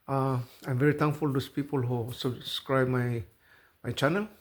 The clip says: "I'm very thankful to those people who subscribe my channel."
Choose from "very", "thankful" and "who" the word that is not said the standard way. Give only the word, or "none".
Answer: thankful